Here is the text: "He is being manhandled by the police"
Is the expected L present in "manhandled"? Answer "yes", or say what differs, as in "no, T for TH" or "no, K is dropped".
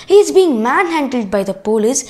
yes